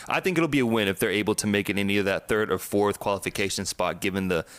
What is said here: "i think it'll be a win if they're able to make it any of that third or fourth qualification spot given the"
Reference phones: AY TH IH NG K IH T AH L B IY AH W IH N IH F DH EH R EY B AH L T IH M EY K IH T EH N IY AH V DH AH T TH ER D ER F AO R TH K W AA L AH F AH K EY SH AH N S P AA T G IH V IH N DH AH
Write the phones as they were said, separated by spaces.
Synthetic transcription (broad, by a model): AY TH IH NG K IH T L B IY AH W IH N IH F DH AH R EY B L T IH M EY K IH T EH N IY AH DH AH T TH ER D ER F AO R TH K W AA L AH F AH K EY SH AH N S P AA T G IH V IH N DH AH